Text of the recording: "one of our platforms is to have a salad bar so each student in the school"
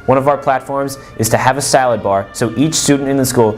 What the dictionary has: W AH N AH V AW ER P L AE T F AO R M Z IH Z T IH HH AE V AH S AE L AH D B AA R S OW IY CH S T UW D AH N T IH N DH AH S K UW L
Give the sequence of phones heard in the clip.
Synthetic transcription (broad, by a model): W AH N AH V AW ER P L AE T F AO R M Z IH Z T IH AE V AH S AE L AH D B AA R S OW IY CH S T UW D N T IH N DH AH S K UW L